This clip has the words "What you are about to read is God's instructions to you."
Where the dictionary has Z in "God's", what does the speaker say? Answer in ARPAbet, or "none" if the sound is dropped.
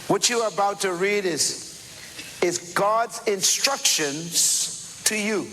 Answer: Z